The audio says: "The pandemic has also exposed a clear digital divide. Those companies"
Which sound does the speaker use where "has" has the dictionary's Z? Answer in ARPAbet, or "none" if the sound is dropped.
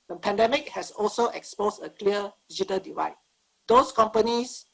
S